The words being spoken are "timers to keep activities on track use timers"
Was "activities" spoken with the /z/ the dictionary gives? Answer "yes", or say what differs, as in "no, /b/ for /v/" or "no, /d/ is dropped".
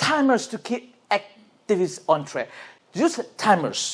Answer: no, /s/ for /z/